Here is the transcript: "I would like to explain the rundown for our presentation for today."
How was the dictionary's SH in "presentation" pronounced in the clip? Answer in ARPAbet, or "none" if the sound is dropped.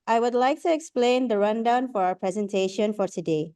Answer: SH